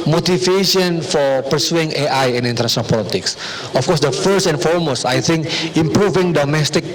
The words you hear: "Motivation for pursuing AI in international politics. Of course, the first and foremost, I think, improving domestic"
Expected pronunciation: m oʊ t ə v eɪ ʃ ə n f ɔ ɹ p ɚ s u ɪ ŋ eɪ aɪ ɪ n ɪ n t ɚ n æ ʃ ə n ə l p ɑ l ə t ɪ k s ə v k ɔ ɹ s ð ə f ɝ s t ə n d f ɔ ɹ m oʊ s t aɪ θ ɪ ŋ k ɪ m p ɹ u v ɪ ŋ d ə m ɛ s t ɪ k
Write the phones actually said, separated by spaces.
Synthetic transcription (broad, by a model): m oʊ t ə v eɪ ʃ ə n f ɔ ɹ p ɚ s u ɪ ŋ eɪ aɪ ɪ n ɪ n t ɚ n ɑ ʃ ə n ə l p ɑ l ə t ɪ k s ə f k ɔ ɹ s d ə f ɝ s t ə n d f ɔ ɹ m oʊ s t aɪ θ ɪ ŋ k ɪ m p ɹ u v ɪ ŋ d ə m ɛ s t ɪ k